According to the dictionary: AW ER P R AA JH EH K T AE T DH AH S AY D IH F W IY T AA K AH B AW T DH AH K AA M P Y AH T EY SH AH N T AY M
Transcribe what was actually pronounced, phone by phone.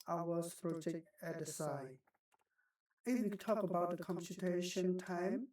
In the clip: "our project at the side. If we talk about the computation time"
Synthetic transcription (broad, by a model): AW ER P R AA JH EH K T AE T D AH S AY IH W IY T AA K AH B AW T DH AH K AA M P Y AH T EY SH AH N T AY M